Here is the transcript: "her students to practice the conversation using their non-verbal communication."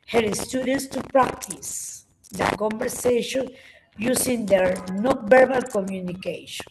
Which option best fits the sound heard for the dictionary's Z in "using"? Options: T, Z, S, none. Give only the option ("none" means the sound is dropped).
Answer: S